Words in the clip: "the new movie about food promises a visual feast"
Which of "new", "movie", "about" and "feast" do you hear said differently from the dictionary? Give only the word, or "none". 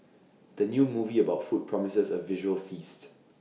none